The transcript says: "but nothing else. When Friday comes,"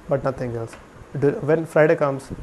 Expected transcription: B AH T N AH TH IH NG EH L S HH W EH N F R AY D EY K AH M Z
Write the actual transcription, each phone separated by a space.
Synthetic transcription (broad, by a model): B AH T N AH T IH NG EH L S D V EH N F R AY D EY K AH M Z